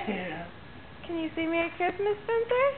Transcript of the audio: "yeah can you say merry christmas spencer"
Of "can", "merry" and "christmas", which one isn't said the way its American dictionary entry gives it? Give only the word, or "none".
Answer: merry